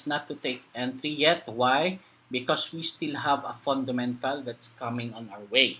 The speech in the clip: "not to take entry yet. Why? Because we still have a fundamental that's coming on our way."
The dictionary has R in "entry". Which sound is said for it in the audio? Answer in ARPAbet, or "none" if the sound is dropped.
R